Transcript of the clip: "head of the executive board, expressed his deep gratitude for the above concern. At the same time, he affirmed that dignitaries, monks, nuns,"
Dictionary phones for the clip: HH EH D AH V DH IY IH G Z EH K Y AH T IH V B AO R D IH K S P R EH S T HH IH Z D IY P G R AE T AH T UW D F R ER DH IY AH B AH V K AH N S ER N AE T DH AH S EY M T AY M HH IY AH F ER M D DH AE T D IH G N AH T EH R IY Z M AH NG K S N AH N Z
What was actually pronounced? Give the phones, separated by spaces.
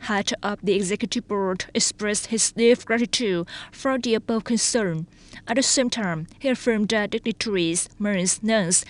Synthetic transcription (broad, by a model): HH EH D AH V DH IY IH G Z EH K Y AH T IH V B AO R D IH K S P R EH S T HH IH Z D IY F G R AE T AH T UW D F R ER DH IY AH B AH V K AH N S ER N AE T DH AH S EY M T AY M HH IY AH F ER M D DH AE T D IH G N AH T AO R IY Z M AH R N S N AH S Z